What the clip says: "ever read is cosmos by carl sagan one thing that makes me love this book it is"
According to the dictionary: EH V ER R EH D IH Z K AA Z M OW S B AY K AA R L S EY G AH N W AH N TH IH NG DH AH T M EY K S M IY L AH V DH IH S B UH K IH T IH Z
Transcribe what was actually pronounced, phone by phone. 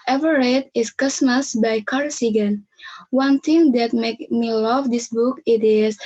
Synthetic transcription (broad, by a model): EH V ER R EH D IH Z K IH S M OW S B AY K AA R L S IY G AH N W AH N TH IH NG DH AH T M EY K M IY L AH V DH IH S B UH K IH T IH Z